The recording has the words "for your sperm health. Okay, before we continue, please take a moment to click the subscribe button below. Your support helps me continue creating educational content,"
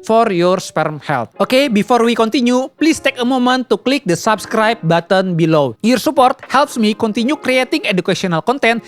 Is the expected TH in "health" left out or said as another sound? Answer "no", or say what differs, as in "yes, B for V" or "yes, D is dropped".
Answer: yes, T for TH